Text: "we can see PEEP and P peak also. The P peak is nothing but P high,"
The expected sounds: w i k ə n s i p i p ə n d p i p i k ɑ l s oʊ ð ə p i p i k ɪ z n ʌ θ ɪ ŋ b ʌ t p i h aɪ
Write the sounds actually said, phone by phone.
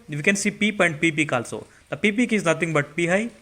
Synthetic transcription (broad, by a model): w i k ə n s i p i p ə n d p i p i k ɑ l s oʊ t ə p i p i k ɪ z n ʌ t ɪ ŋ b ʌ t p i h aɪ